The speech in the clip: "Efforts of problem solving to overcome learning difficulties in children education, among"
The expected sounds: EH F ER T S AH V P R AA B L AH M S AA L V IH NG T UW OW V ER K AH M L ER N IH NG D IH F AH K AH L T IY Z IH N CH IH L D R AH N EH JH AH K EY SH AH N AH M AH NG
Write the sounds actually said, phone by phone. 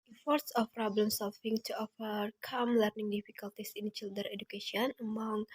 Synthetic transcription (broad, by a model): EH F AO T S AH F P R AA B L AH M S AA L F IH NG T UW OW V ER K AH M L ER N IH NG D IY F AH K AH L T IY S IH N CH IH L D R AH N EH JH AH K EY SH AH N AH M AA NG